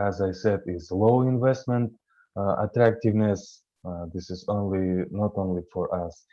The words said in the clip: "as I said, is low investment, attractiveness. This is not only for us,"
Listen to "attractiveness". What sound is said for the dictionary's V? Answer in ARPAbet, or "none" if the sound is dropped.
V